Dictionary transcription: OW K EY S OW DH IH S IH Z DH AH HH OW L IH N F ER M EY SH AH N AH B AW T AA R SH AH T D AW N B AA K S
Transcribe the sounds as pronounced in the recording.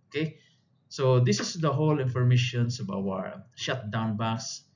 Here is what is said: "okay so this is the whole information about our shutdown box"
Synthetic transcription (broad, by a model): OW K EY S OW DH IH S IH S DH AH HH OW L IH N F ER M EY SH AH N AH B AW AA R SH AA T D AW N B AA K S